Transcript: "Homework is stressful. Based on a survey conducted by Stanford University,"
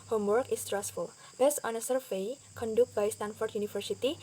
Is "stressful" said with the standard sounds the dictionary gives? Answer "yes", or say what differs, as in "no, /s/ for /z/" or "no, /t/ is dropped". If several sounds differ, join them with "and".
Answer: yes